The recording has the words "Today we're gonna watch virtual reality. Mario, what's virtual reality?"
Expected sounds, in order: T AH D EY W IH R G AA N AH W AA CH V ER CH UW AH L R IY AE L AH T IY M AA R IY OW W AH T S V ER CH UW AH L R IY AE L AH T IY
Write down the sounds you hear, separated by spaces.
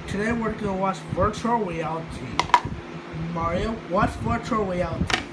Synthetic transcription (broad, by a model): T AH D EY W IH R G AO AH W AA S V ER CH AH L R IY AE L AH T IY M AA R IY OW W AH T S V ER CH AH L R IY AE L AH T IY